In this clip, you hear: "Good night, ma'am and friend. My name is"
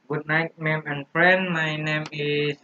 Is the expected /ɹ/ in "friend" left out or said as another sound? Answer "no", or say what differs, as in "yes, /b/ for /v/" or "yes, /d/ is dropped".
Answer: no